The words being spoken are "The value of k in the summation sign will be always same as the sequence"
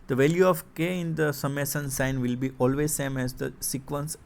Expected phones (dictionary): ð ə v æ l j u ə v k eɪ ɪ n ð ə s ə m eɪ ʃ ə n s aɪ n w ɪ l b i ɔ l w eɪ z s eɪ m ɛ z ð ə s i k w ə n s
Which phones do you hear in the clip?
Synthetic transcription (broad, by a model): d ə v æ l j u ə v k eɪ ɪ n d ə s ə m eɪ s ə n s aɪ n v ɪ l b i ɔ l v eɪ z s eɪ m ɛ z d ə s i k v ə n s